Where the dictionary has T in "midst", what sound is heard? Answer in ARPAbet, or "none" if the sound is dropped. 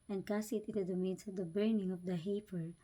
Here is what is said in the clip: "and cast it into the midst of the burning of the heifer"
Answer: none